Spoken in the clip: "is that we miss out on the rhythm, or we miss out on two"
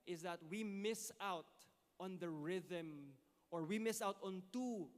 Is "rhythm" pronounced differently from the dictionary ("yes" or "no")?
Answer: no